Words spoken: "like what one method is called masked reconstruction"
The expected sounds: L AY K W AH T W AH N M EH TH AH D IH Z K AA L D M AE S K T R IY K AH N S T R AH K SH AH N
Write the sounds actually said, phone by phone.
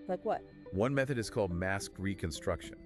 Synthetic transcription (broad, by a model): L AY K W AH T W AH N M EH TH AH D IH Z K AA L D M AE S K R IY K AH N S T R AH K SH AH N